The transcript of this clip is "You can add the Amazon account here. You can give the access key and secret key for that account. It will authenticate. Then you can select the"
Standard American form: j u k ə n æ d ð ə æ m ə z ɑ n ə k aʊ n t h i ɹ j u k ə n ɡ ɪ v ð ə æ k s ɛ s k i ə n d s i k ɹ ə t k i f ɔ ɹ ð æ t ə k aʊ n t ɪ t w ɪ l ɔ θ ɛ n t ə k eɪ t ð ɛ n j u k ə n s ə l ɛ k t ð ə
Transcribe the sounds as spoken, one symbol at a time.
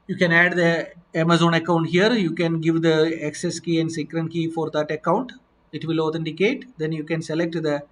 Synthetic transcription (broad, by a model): j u k ə n æ d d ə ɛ m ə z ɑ n ə k aʊ n t h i ɹ j u k ə n ɡ ɪ v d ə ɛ k s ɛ s k i ə n d s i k ɹ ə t k i f ɔ ɹ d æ t ə k aʊ n t ɪ t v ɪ l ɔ t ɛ n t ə k eɪ t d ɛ n j u k ə n s ə l ɛ k t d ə